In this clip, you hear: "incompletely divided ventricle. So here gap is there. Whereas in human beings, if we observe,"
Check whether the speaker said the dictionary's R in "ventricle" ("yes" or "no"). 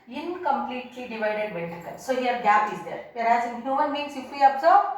no